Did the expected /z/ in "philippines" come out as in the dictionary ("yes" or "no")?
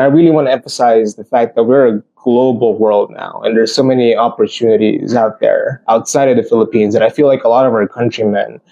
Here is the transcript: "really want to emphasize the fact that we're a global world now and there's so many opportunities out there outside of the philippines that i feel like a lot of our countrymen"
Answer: yes